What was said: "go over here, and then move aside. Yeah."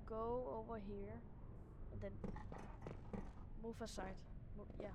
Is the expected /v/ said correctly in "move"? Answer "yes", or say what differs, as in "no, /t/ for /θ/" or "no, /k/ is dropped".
no, /f/ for /v/